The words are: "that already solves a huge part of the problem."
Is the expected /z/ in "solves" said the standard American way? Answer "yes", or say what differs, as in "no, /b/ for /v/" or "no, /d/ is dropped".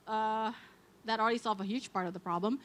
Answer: no, /z/ is dropped